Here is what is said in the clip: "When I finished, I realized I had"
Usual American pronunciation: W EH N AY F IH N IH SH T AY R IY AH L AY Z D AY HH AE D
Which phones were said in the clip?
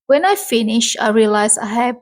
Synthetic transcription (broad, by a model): W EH N AY F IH N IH SH AY R IY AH L AY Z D AY HH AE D